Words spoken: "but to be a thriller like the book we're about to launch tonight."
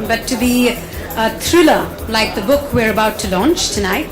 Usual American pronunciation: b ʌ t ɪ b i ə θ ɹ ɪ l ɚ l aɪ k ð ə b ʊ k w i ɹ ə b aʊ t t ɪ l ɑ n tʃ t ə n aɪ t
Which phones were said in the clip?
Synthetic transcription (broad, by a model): b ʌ t ɪ b i ə t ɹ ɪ l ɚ l aɪ k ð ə b ʊ k w i ɹ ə b aʊ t t ɪ l ɑ n tʃ t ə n aɪ t